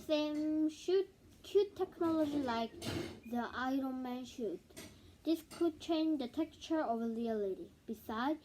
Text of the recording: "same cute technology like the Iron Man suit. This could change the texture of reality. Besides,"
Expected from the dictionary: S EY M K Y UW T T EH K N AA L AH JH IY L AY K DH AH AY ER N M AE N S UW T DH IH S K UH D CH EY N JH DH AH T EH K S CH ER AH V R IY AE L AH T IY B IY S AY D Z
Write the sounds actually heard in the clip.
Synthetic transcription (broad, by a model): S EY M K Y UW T T EH K N AA L AH JH IY L AY K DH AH AY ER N M AE N SH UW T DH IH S K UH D CH EY N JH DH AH T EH K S CH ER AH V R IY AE L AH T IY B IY S AY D